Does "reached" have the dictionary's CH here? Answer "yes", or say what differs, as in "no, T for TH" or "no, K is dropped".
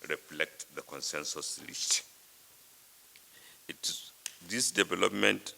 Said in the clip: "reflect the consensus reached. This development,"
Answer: no, S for CH